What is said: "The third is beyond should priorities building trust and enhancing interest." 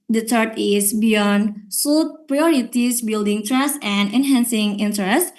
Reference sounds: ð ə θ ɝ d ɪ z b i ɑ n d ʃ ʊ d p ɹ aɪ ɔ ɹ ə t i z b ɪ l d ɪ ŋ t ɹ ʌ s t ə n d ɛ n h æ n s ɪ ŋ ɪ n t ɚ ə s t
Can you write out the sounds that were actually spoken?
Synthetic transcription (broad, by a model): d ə t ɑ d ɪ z b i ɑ n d s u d p ɹ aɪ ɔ ɹ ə t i s b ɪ l d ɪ ŋ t ɹ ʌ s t ə n d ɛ n h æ n s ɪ ŋ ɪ n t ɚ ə s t